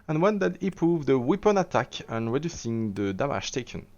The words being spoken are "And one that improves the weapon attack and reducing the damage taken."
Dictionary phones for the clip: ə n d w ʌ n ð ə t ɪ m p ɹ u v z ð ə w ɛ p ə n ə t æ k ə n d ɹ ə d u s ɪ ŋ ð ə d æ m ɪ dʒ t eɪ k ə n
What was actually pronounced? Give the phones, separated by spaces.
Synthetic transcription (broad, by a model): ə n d w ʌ n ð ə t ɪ p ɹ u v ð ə w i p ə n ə t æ k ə n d ɹ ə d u s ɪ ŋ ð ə d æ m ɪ ʃ t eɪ k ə n